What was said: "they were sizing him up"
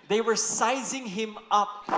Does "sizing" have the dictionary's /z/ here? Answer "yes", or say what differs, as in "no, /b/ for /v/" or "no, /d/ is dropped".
yes